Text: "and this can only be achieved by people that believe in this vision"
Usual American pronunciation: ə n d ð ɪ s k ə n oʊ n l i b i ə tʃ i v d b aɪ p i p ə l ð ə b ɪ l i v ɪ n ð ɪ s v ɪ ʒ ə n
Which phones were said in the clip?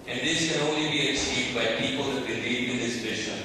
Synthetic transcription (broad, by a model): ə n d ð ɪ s k ə n oʊ n l i b i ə s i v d b aɪ p i p ə l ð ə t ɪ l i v ɪ n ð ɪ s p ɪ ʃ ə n